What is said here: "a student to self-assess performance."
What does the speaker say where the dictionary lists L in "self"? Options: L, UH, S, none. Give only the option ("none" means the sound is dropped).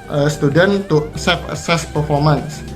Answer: none